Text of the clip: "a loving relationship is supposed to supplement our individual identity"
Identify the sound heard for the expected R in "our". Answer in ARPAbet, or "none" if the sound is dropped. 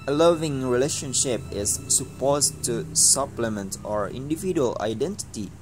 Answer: R